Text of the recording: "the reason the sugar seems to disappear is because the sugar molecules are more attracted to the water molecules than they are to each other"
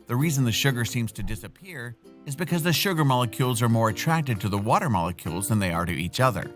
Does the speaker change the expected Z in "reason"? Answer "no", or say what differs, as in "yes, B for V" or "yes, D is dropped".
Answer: no